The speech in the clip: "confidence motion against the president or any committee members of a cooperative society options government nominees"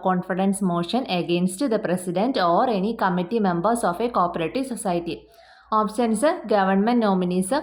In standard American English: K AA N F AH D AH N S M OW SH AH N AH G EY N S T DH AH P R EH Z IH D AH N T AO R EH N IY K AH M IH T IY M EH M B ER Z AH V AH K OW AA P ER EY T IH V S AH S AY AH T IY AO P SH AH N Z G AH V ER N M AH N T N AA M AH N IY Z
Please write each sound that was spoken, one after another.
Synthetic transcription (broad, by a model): K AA N F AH D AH N S M OW SH AH N AH G EY N S T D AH P R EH S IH D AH N T AO R EH N IY K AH M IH T IY M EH M B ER S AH F AH K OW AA P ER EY T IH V S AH S AY T IY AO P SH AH N S G AH V ER N M AH N T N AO M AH N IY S